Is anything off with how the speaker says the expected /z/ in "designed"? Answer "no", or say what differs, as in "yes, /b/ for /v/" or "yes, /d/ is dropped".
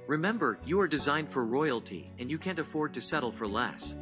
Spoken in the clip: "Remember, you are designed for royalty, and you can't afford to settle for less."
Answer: no